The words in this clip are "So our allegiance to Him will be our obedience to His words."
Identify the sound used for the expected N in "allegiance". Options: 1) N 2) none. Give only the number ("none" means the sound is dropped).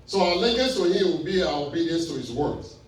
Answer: 2